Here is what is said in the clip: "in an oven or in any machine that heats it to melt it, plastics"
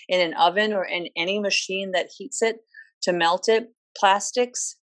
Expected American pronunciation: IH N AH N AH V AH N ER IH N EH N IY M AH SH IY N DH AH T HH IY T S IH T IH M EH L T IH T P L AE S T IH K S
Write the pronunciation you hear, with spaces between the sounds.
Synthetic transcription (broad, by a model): IH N AH N AH V AH N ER IH N EH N IY M AH SH IY N DH AH T HH IY T S IH T IH M EH L T IH T P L AE S T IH K S